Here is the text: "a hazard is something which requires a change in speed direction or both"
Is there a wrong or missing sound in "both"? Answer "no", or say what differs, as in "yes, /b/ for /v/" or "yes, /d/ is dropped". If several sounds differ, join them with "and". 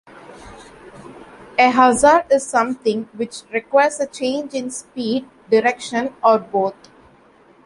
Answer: yes, /t/ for /θ/